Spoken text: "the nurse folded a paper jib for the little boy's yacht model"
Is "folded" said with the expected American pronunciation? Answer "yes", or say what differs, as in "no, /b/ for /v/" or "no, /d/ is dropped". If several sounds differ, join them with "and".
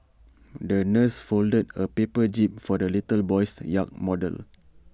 yes